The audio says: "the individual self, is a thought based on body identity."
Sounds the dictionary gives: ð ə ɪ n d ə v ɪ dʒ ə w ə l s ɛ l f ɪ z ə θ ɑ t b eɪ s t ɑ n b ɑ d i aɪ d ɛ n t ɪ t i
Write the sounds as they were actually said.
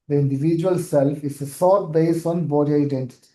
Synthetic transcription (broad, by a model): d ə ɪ n d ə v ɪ dʒ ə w ə l s ɛ l f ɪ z ə s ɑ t b eɪ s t ɑ n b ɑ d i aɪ d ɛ n t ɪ t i